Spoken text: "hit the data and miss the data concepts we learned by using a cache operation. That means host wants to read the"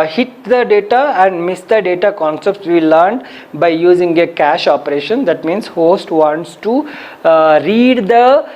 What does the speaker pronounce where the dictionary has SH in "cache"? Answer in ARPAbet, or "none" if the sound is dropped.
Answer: SH